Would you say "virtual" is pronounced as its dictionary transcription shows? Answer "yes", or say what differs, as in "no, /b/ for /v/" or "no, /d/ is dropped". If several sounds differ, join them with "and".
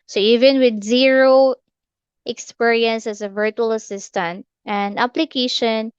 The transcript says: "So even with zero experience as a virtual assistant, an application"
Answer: yes